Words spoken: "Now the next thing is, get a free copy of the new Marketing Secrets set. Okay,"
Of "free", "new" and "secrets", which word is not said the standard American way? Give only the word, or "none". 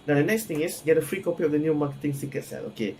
secrets